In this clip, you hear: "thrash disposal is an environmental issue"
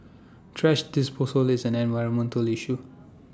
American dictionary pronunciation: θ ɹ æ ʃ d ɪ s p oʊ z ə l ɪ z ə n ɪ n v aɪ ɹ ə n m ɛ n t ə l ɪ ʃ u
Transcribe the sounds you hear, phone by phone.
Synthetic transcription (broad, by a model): t ɹ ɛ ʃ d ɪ s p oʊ s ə l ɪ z ə n ɪ n v aɪ ɹ ə n m ɛ n t ə l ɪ ʃ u